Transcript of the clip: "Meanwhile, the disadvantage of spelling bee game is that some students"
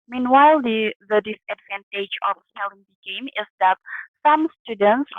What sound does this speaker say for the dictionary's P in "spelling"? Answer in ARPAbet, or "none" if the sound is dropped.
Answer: none